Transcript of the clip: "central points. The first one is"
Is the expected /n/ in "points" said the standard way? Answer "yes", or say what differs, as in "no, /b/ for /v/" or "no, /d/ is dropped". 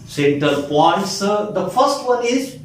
no, /n/ is dropped